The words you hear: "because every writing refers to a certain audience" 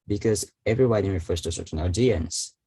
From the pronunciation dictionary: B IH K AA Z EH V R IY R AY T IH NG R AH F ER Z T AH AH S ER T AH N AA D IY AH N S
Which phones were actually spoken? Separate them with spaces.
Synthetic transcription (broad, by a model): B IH K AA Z EH V R IY W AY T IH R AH F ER S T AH AH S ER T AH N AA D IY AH N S